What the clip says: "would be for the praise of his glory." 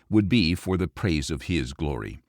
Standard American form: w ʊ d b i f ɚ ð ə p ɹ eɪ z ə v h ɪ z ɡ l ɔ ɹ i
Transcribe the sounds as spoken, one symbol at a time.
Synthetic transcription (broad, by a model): w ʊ d b i f ɚ ð ə p ɹ eɪ z ə v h ɪ z ɡ l ɔ ɹ i